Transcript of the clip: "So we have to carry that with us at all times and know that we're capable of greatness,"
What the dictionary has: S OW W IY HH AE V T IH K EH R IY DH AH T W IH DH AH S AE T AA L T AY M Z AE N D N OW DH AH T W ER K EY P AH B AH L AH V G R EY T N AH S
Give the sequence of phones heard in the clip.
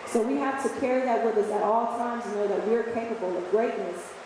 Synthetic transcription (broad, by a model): S OW W IY HH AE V T IH K EH R IY DH AH T W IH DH AH S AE T AA L T AY M Z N N OW DH AH T W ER K EY P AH B L AH V G R EY T N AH S